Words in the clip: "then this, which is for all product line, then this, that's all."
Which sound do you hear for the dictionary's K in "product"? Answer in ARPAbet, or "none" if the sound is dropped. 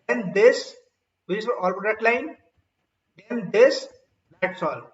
none